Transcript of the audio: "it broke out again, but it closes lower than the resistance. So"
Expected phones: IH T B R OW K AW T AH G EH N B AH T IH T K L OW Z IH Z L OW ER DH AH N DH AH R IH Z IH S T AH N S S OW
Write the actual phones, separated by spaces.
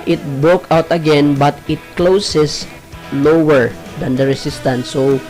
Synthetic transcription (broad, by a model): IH T B R OW K AW T AH G EH N B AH T IH T K L OW S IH S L OW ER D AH N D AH R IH S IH S T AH N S S OW